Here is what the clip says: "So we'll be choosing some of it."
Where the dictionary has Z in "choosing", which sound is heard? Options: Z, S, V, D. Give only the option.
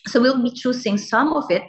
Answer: S